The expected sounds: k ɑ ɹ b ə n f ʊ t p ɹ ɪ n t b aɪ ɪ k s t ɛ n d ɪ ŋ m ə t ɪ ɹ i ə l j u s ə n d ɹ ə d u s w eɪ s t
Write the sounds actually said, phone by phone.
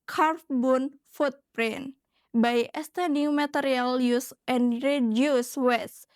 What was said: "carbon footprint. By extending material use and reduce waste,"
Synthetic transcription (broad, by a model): k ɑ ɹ b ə n f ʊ t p ɹ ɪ n b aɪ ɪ s t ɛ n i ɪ m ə t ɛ ɹ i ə l j u s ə n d ɹ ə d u s w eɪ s